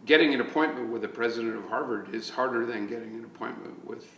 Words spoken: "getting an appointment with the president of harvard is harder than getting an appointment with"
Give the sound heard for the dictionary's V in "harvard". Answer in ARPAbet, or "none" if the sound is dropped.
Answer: V